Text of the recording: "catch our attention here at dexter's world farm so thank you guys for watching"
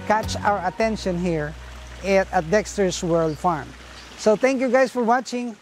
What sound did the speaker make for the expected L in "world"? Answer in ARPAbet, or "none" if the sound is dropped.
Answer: L